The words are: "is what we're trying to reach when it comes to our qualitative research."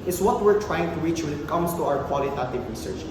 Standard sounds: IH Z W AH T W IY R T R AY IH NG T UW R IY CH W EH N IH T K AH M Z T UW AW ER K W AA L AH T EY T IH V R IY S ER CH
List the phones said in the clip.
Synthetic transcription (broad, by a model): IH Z W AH T W IY R T R AY IH NG T UW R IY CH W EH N IH T K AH M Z T UW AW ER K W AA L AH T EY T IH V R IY S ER CH